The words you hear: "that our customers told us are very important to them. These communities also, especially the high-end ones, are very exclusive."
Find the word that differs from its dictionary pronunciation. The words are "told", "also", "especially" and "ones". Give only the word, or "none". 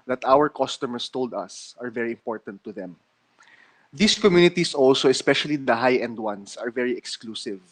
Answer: ones